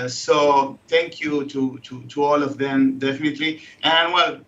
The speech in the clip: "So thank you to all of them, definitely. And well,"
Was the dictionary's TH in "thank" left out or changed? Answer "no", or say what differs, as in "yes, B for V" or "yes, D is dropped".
yes, T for TH